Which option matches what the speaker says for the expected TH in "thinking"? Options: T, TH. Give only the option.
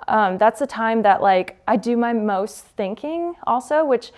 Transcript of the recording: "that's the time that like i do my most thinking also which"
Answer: TH